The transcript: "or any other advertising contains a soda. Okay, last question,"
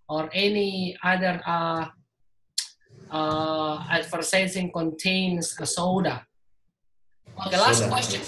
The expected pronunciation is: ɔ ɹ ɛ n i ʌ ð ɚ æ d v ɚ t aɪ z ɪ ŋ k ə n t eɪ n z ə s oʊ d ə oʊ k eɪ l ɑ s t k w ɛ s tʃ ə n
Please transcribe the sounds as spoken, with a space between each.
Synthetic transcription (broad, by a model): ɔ ɹ ɛ n i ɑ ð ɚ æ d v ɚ s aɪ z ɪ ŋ k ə n t eɪ n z ə s oʊ d ə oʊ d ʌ l ɑ s t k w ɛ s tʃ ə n